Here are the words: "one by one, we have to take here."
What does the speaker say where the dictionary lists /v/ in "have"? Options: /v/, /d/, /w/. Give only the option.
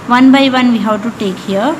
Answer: /w/